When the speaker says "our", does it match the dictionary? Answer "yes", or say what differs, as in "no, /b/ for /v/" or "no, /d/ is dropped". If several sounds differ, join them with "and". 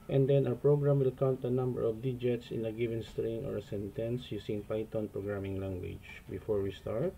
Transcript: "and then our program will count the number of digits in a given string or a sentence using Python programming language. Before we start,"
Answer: no, /w/ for /ɹ/